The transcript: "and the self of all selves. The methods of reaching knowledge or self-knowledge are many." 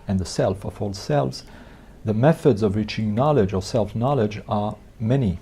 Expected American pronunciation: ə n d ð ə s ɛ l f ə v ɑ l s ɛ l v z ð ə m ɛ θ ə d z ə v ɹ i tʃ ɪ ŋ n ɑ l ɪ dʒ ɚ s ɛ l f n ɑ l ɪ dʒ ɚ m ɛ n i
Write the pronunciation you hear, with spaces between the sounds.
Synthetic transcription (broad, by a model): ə n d ð ə s ɛ l f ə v ɑ l s ɛ l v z ð ə m ɛ θ ə d z ə v ɹ i tʃ ɪ ŋ n ɑ l ɪ dʒ ɚ s ɛ l f n ɑ l ɪ dʒ ɚ m ɛ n i